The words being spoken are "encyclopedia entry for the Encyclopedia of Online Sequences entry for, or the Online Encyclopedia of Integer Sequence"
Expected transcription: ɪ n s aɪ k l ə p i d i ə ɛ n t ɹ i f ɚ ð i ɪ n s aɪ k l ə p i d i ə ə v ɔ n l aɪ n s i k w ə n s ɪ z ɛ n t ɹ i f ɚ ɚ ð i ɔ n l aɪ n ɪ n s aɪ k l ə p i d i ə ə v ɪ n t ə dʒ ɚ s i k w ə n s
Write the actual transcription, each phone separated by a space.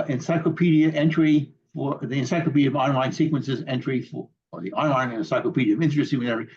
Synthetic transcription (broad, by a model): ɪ n s aɪ k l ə p i d i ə ɛ n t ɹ i f ɚ ð i ɪ n s aɪ k l ə p i d i ə ə v ɔ n l aɪ n s i k w ə n s ɪ z ɛ n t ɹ i f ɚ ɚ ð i ɔ n l aɪ n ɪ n s aɪ k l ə p i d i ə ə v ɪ n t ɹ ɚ s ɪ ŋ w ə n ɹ